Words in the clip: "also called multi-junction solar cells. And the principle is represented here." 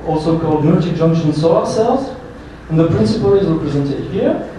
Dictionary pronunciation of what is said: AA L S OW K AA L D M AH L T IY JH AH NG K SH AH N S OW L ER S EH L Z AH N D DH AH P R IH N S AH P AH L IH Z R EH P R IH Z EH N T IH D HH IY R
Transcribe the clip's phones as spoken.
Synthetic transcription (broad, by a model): AA L S OW K AA L D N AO T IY JH AH NG K SH AH N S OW ER S EH L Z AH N DH AH P R IH N S AH P AH L IH Z R EH P R IH Z EH N T IH D HH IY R